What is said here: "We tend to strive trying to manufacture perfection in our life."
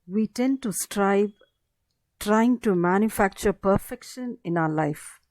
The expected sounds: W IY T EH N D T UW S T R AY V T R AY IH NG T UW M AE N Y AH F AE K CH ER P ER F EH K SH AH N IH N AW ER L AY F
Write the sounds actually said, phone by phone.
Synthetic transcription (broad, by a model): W IY T EH N D T UW S T R AY B T R AY IH NG T UW M AE N Y AH F AE K CH ER P ER F EH K SH AH N IH N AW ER L AY F